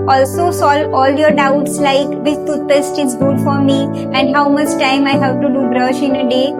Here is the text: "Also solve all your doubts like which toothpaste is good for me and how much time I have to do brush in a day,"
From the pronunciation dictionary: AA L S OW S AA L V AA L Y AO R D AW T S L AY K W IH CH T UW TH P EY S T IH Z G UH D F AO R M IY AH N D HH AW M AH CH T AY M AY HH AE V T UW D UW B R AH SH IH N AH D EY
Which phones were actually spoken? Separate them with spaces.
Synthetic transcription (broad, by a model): AA L S OW S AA L AA L Y AO R D AW T S L AY K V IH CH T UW T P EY S T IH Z G UH D F AO R M IY AH N D HH AW M AH CH T AY M AY HH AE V T UW D UW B R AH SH IH N AH D EY